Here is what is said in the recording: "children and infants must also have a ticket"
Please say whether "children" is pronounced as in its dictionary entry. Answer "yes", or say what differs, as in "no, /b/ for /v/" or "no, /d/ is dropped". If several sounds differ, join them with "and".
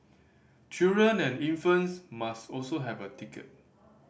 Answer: no, /l/ is dropped